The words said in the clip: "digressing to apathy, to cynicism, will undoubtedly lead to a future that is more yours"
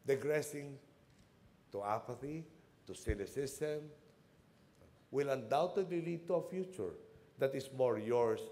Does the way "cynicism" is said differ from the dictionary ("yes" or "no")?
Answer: yes